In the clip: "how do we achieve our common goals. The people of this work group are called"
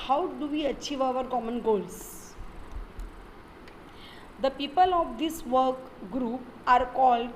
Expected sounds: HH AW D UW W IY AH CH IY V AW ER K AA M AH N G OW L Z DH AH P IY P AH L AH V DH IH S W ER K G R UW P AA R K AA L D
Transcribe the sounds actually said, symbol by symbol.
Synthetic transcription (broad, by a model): HH AW D UW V IY AH CH IY V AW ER K AA M AH N G OW L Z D AH P IY P AH L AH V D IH S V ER K G R UW P AA R K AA L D